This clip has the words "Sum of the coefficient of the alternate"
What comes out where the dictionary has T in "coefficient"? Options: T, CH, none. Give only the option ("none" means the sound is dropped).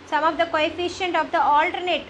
T